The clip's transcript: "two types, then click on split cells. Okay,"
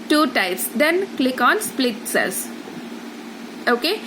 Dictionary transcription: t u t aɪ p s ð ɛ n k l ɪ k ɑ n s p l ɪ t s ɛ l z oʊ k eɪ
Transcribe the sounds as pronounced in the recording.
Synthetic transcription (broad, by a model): t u t aɪ p s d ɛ n k l ɪ k ɑ n s p l ɪ t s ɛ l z oʊ k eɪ